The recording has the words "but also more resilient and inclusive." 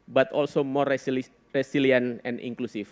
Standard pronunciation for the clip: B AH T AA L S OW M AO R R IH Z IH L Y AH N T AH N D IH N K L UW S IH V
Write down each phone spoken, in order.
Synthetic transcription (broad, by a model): B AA T AA L S OW M AO R R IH S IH L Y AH N AH N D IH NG K L UW S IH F